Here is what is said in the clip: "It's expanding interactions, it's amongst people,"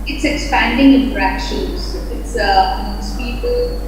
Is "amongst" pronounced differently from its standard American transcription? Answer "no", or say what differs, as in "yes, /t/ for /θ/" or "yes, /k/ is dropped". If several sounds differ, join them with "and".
yes, /ŋ/ is dropped